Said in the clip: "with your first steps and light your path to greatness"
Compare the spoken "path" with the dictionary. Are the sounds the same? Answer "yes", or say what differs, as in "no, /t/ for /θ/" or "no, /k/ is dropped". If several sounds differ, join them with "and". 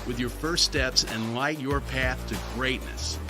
yes